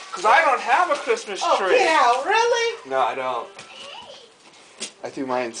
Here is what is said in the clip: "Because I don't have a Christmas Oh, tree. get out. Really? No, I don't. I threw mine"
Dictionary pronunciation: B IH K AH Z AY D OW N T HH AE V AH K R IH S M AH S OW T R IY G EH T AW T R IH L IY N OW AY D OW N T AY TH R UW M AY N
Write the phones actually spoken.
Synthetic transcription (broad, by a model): K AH Z AY D OW N T HH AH V AH K R IH S M AH S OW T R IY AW R IH L IY N OW AY D OW N T AY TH UW M AY N